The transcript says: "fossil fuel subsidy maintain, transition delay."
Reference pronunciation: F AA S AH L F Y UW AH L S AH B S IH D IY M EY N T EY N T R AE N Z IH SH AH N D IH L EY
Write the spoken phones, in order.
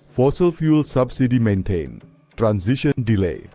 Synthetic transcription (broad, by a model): F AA S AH L F Y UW L S AH B S IH D IY M EY N T EY N T R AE N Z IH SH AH N D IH L EY